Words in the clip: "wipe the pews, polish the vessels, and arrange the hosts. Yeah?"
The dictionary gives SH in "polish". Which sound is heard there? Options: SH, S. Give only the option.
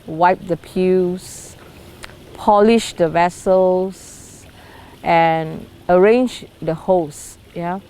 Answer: SH